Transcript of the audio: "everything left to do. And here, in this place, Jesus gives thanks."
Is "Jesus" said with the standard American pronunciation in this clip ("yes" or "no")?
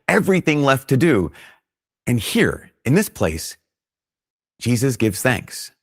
yes